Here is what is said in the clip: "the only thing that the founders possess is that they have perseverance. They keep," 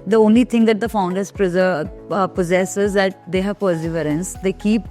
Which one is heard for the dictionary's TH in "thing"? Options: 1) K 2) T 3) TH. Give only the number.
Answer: 2